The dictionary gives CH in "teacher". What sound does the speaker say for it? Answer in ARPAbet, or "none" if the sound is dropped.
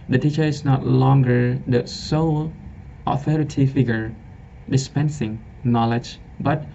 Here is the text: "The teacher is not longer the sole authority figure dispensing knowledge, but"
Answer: CH